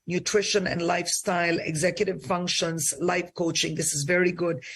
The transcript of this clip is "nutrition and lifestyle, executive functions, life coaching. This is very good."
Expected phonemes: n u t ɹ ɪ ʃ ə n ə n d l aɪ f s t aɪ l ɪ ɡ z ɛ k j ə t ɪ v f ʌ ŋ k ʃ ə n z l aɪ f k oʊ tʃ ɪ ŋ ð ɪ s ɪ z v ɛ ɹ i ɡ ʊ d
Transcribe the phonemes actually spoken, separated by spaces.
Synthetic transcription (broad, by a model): n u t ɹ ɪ ʃ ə n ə n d l aɪ f s t aɪ l ɪ ɡ z ɛ k j ə t ɪ v f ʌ ŋ k ʃ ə n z l aɪ f k oʊ tʃ ɪ ŋ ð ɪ s ɪ z v ɛ ɹ i ɡ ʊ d